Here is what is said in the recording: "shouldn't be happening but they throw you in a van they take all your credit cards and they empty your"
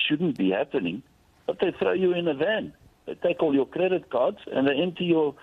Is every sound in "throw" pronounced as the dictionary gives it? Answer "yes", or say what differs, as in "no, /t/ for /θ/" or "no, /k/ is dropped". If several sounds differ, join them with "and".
yes